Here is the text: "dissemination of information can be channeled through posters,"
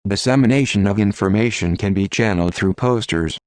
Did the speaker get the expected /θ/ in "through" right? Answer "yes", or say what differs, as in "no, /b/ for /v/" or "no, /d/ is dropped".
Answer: yes